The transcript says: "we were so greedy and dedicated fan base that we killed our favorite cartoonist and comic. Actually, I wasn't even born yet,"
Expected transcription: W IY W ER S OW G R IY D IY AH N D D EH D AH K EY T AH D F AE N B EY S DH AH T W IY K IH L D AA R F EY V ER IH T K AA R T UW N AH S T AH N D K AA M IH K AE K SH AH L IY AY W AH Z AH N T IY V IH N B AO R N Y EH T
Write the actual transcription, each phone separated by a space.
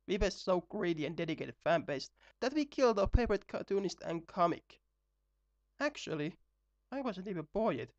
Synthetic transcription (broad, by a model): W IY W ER S OW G R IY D IY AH N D D EH D AH K EY T AH D F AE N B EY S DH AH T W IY K IH L D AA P EY P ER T K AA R T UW N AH S T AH N K AA M IH K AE K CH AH L IY AY W AH Z AH N T IY V IH N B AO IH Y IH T